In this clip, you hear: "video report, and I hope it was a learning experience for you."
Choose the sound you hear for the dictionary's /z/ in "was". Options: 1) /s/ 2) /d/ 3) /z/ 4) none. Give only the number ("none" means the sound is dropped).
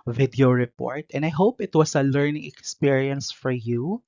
1